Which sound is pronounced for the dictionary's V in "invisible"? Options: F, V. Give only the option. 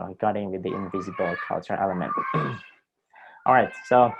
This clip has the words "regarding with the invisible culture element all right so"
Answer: V